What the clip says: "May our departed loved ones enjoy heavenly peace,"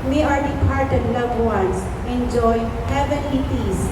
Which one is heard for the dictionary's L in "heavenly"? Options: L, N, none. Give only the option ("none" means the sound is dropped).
none